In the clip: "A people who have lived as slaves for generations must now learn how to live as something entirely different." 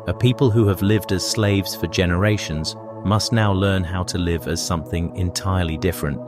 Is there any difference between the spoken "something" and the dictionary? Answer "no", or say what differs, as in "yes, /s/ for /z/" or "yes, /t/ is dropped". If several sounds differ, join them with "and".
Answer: no